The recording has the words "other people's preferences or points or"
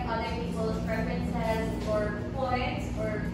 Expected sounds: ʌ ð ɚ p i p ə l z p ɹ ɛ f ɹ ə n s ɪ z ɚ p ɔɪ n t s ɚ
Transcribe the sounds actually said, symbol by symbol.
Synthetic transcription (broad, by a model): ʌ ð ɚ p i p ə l p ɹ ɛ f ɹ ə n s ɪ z ɚ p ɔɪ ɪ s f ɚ